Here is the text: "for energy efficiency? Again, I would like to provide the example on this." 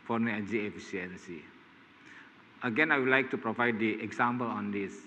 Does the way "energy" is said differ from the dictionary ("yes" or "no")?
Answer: yes